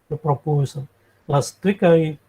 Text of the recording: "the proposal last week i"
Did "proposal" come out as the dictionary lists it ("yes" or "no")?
no